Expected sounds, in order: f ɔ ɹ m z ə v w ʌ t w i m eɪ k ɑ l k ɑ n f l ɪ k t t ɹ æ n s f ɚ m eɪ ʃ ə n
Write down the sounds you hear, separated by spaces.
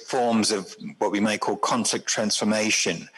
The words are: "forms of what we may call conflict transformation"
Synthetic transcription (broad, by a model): f ɔ m z ə v w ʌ t w i m eɪ k ɑ l k ɑ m f l ɪ k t t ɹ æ n s f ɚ m eɪ ʃ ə n